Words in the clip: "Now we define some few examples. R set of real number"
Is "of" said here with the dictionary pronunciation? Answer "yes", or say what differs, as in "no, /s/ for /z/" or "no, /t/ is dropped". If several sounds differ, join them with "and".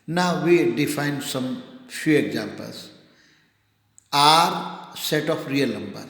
no, /p/ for /v/